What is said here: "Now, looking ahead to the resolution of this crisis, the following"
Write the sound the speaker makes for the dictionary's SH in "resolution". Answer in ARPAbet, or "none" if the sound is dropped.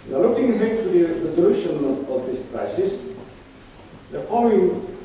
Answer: SH